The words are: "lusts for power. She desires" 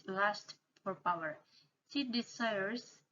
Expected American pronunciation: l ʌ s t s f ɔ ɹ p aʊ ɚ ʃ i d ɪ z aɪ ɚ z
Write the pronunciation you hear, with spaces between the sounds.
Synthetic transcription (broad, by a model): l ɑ s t f ɔ ɹ p aʊ ɚ s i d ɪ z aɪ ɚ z